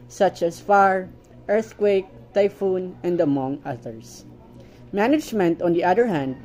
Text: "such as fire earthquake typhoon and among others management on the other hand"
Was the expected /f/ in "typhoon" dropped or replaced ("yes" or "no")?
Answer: no